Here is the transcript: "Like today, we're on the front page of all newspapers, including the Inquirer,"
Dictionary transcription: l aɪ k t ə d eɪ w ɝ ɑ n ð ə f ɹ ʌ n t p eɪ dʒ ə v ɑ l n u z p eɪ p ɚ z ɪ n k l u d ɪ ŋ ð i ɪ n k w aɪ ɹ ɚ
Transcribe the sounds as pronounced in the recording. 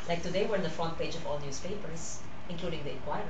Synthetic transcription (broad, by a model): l aɪ k t ə d eɪ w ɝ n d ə f ɔ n p eɪ dʒ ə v ɑ l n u s p eɪ p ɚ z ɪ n k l u d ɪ ŋ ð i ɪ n k w aɪ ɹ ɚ